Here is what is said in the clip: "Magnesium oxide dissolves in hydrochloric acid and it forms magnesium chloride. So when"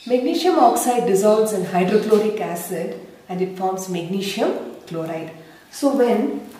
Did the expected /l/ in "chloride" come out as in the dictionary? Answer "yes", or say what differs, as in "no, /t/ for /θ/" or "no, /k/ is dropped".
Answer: yes